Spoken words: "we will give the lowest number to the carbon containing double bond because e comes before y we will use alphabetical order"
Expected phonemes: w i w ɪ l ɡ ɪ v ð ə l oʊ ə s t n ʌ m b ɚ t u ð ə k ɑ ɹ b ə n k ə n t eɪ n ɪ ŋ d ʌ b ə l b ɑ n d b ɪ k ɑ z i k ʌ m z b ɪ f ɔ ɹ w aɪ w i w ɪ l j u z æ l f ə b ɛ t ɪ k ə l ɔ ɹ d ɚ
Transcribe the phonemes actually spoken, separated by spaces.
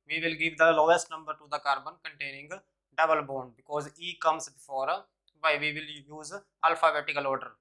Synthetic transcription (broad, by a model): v i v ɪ l ɡ ɪ v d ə l oʊ ə s t n ʌ m b ɚ t u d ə k ɑ ɹ b ə n k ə n t eɪ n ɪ ŋ d ʌ b ə l b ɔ n b ɪ k ɑ z i k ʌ m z b ɪ f ɔ ɹ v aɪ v i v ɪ l j u z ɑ l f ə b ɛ t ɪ k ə l ɔ ɹ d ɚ